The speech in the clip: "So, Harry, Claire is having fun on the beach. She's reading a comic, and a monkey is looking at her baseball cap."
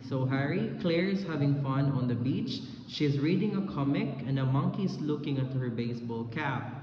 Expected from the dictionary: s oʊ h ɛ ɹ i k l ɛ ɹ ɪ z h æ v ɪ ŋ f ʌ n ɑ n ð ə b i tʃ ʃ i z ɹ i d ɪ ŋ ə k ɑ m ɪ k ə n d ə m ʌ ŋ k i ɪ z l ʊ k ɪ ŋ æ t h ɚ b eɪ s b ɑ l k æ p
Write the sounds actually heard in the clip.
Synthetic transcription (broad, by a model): s oʊ h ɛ ɹ i k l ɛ ɹ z h æ v ɪ ŋ f ʌ n ɑ n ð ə b i tʃ ʃ i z ɹ i d ɪ ŋ ə k ɑ m ɪ k ə n d ə m ʌ ŋ k i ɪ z l ʊ k ɪ ŋ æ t h ɚ b eɪ s b ɑ l k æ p